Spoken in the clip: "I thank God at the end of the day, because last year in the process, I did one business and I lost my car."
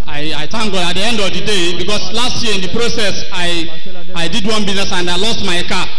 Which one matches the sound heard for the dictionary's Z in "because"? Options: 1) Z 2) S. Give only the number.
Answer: 2